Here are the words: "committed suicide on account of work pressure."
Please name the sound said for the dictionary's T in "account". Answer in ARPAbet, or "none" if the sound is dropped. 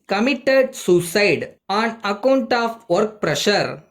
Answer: T